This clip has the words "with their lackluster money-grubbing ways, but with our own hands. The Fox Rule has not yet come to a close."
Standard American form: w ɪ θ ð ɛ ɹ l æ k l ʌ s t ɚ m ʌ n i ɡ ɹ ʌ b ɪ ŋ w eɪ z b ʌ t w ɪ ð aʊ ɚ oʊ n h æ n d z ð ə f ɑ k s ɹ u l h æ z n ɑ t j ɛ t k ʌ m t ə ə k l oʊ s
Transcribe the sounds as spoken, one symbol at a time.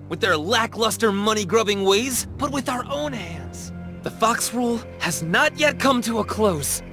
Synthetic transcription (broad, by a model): w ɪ ð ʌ ɹ l æ k l ʌ s t ɚ m ʌ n i ɡ ɹ ʌ b ɪ ŋ w eɪ z b ʌ t w ɪ ð aʊ ɚ oʊ n h æ n d z ð ə f ɑ k s ɹ u l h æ z n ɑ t j ɛ t k ʌ m t ə ə k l oʊ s